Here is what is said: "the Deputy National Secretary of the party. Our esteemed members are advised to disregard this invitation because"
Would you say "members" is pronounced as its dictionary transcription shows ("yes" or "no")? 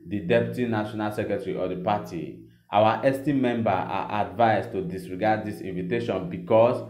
no